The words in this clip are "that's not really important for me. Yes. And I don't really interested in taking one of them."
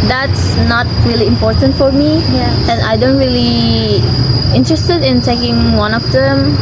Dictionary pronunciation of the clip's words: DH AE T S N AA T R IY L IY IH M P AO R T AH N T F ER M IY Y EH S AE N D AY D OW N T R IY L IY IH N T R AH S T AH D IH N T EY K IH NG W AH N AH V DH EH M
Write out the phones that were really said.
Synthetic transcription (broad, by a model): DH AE T S N AA T R IY L IY IH M P AO R T AH N T F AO M IY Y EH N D AY D OW N T R IY L IY IH N T R AH S T AH D IH N T EY K IH NG W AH N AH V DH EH M